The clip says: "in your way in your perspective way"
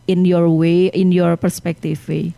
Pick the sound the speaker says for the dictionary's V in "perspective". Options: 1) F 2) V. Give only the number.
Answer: 1